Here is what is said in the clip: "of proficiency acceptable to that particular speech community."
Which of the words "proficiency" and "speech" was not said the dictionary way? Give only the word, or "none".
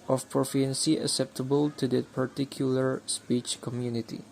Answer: proficiency